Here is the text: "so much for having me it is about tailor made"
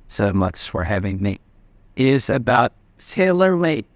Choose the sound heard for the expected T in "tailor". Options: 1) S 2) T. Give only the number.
1